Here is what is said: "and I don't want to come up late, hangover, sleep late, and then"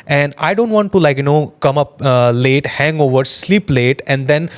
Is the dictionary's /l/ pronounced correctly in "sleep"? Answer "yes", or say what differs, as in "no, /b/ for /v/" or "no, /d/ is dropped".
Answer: yes